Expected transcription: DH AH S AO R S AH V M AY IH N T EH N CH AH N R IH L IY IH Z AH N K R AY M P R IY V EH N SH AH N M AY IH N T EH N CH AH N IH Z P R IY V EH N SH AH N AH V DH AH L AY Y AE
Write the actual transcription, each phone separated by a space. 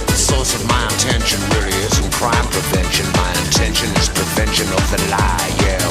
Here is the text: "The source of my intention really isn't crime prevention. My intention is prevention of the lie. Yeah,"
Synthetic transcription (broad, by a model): DH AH S AO R S AH V M AY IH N T EH N SH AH N W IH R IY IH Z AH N K R AY M P R IY V EH N SH AH N M AY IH N T EH N SH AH N IH Z P R IY V EH N SH AH N AH V DH AH L AY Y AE